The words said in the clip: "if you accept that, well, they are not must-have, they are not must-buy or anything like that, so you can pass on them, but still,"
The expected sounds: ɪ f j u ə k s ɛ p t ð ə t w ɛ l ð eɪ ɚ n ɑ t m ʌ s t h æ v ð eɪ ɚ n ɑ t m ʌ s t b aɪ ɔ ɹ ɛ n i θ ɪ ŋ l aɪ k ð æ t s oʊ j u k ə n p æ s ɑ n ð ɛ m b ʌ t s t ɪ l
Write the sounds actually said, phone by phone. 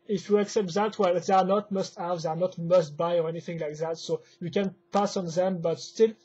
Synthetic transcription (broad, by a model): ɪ f j u ə k s ɛ p t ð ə t w ɛ l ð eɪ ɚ n ɑ t m ʌ s t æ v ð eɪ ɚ n ɑ t m ʌ s t b aɪ ɔ ɹ ɛ n i θ ɪ ŋ l aɪ k ð æ t s oʊ j u k ə n p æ s ɑ n ð ɛ m b ʌ t s t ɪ l